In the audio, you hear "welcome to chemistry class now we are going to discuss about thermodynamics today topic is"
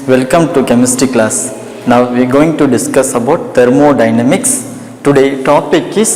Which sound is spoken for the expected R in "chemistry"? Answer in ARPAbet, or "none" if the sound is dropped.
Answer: none